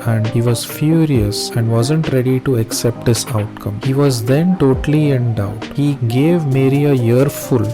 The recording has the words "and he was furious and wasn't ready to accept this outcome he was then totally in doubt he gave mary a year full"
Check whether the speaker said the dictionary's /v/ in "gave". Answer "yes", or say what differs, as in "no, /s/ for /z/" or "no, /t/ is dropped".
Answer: yes